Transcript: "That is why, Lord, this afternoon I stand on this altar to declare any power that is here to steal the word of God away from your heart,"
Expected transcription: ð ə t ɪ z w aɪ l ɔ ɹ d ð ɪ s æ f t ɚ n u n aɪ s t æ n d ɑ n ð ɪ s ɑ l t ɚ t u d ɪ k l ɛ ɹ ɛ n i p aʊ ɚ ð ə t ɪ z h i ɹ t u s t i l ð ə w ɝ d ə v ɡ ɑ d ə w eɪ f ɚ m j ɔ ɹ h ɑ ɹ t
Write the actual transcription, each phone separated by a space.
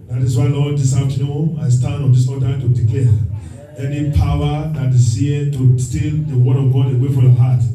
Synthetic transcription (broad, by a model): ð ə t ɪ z w aɪ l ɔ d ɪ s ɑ t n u aɪ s t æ n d ɑ n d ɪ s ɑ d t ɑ t u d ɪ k l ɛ ɛ n i p aʊ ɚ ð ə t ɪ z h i t u s t i l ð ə w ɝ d ə v ɡ ɑ d ə w eɪ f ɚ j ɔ h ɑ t